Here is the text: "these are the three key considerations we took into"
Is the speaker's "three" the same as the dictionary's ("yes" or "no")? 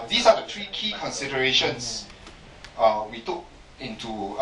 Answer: no